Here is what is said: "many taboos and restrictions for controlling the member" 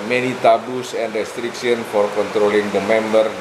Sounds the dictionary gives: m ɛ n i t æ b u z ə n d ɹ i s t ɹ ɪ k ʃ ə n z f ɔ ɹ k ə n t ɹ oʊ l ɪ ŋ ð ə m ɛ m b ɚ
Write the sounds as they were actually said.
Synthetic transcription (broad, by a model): m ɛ n i t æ b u s ə n d ɹ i s t ɹ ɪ k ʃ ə n f ɔ ɹ k ə n t ɹ oʊ l ɪ ŋ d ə m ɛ m b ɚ